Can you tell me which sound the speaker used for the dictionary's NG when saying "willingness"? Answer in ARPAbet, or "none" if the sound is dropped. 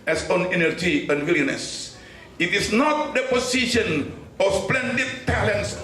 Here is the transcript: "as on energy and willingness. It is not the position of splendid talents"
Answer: none